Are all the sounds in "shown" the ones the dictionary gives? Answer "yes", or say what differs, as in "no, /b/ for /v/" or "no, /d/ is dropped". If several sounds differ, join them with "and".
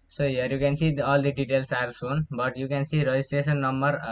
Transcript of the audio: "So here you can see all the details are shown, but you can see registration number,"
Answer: no, /s/ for /ʃ/